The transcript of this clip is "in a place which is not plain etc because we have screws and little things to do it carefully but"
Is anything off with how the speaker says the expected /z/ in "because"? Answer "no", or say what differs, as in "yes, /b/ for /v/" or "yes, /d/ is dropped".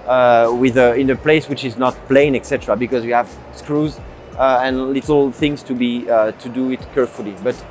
no